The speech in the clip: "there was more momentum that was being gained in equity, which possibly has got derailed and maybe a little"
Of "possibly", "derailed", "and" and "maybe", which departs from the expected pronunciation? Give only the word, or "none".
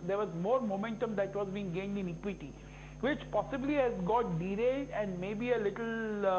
derailed